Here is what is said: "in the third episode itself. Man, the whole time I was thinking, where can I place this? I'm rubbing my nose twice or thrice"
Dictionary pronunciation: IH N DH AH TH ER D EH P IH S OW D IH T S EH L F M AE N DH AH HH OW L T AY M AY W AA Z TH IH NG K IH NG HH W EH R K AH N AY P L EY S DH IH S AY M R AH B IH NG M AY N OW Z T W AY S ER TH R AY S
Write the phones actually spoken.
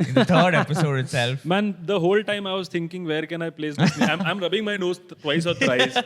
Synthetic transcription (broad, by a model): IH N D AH T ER D EH P IH S OW D IH T S EH L F M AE N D AH HH OW L T AY M AY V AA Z T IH NG K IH NG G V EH R K AH N AY P L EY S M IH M AY M R AH B IH NG M AY N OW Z T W AY S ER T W AY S